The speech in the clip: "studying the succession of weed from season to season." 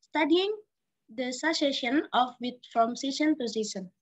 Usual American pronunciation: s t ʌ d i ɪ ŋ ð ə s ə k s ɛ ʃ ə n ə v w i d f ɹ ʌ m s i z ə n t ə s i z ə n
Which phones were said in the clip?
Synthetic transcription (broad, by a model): s t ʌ d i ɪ ŋ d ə s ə s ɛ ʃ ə n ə f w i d f ɹ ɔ m s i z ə n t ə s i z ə n